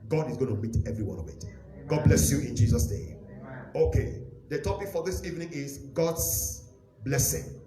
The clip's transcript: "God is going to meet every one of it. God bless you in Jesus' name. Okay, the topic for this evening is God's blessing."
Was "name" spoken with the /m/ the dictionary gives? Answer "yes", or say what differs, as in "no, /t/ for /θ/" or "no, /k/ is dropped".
no, /m/ is dropped